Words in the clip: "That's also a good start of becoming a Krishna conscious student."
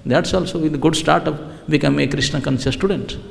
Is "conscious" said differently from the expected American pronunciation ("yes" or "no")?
yes